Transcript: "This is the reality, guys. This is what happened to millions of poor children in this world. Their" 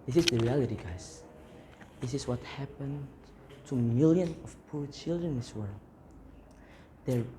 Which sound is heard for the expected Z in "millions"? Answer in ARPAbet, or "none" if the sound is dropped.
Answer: none